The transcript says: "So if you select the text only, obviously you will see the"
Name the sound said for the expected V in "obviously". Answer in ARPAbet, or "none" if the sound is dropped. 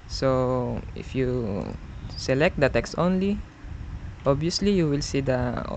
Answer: none